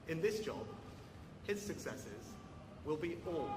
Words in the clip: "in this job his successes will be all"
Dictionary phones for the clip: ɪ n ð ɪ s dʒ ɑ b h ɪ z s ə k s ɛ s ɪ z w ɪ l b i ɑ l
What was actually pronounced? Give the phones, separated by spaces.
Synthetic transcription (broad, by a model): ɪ n ð ɪ s dʒ ɑ b h ɪ z s ə k s ɛ s ɪ z w ɪ l b i ɑ l